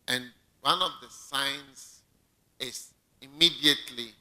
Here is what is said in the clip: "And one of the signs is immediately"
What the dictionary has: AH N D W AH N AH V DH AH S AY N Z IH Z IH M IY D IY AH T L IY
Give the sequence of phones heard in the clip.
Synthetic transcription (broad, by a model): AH N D W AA N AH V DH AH S AY N S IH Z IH M IY D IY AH T L IY